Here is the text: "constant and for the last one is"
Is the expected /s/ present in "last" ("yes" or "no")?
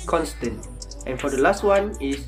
yes